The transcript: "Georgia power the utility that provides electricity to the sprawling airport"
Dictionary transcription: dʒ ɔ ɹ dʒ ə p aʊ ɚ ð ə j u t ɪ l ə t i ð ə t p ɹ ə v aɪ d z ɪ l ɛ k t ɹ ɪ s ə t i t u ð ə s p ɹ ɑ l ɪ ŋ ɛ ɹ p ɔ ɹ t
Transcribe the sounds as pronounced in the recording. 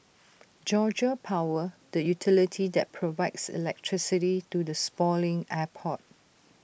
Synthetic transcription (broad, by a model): dʒ ɔ dʒ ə p aʊ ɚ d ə j u t ɪ l ə t i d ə t p ɹ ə v aɪ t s ɪ l ɛ k t ɹ ɪ s ə t i t u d ə s p ɑ l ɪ ŋ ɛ p ɔ t